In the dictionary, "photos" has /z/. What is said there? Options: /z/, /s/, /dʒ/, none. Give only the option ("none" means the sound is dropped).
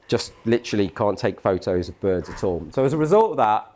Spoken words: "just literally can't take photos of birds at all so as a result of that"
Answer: /z/